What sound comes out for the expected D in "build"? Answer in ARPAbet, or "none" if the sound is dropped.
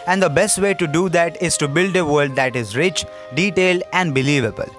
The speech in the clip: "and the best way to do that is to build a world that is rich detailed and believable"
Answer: D